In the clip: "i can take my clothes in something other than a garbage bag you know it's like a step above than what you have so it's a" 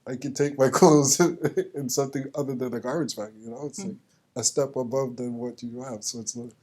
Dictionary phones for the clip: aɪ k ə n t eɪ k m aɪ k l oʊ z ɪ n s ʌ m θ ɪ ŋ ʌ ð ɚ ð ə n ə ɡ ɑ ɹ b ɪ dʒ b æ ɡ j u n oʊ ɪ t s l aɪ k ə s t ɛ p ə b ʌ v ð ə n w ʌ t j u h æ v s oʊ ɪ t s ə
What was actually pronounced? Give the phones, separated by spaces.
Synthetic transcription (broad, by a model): aɪ k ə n t eɪ k m aɪ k oʊ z ɪ n s ʌ m θ ɪ ŋ ʌ ð ɚ ð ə n ə ɡ ɑ ɹ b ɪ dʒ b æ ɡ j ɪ n oʊ ɪ t s l aɪ k ə s t ɛ p ə b ʌ v ð ə n w ʌ t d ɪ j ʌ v s oʊ ɪ t s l